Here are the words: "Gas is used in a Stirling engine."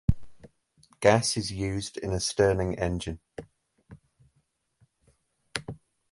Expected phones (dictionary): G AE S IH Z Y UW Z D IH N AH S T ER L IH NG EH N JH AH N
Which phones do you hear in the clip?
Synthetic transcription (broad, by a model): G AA S IH Z Y UW Z D IH N AH S T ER N IH NG EH N JH AH N